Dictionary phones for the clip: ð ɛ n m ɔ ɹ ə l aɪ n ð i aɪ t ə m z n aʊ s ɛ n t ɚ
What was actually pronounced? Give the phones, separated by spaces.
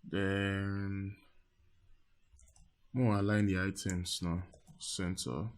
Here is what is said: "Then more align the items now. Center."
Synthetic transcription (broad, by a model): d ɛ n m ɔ w ə l aɪ n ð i aɪ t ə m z n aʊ s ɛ n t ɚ